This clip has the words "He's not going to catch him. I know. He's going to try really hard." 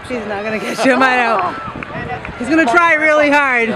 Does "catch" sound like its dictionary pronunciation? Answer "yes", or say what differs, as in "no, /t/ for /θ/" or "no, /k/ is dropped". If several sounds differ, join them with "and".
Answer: no, /ʃ/ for /tʃ/